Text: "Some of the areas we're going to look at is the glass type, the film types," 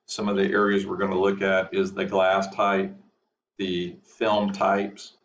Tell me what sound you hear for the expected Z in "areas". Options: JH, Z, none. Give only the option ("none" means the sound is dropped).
Z